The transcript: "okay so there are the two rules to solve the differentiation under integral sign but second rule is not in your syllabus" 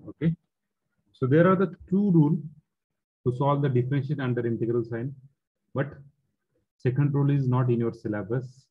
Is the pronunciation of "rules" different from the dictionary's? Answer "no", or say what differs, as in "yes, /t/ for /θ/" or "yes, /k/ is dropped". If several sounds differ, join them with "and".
yes, /z/ is dropped